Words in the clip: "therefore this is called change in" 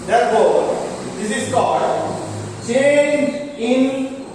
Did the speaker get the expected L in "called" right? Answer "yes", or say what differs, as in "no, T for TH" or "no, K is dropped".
no, L is dropped